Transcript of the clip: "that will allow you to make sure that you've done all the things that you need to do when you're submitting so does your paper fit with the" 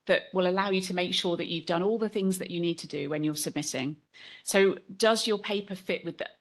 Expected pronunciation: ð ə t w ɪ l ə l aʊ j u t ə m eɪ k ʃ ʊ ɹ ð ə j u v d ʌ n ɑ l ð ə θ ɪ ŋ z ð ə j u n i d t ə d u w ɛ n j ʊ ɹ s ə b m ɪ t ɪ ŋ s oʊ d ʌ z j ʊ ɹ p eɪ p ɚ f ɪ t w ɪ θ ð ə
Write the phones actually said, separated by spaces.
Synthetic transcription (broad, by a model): ð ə t w ɪ l ə l aʊ j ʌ t ə m eɪ k ʃ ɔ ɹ ð ə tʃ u v d ʌ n ɑ l ð ə θ ɪ ŋ z ð ə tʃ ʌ n i d t ə d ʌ w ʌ n j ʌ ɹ s ə b m ɪ t ɪ ŋ s oʊ d ʌ z j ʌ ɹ p eɪ p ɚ f ɪ t w ɪ ð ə